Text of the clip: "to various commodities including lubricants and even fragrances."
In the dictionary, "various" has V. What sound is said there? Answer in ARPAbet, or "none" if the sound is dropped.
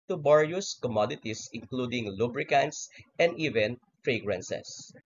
B